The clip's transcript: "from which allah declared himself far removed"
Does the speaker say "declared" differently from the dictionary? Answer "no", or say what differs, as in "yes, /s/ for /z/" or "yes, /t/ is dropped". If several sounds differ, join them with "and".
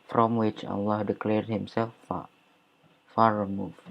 no